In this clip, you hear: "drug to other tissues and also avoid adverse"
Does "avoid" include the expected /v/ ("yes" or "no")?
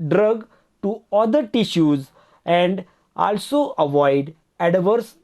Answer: yes